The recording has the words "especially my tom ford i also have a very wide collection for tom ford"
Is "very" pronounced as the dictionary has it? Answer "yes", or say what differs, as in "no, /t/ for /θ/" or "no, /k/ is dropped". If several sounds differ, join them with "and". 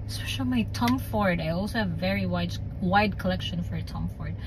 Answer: no, /w/ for /ɹ/